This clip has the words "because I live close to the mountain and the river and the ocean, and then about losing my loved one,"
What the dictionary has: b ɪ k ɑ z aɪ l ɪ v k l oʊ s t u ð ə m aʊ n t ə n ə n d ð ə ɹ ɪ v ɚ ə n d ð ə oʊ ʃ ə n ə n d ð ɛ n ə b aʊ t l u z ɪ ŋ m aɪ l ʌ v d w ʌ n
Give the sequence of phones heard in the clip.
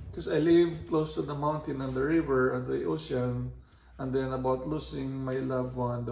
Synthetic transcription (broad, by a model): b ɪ k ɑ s aɪ l ɪ v k l oʊ s t u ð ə m aʊ n t ə n ə n d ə ɹ ɪ v ɚ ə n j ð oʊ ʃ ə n ə n d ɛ n ə b aʊ t l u s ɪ ŋ m aɪ l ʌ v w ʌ n